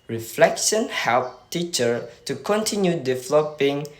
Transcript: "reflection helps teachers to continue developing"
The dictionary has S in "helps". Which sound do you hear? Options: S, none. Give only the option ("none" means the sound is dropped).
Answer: none